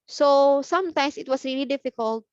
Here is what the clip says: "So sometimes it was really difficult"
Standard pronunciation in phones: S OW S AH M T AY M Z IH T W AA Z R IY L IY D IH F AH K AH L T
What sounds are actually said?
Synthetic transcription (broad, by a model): S OW S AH M T AY M S IH T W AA S R IY L IY D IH F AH K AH L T